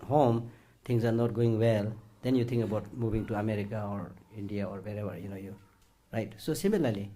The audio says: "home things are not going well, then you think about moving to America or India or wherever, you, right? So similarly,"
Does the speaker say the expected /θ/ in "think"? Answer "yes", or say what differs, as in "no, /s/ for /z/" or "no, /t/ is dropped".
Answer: no, /t/ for /θ/